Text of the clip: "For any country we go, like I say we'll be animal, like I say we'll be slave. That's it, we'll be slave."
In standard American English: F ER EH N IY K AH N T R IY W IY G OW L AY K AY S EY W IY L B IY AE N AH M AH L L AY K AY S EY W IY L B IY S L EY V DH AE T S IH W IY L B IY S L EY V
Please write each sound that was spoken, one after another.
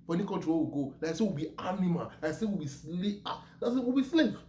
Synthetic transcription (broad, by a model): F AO EH N IY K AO T W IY W IY G OW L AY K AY S EY W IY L B IY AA N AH M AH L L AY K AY S EY W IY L B IY S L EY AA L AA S IH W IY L B IY S L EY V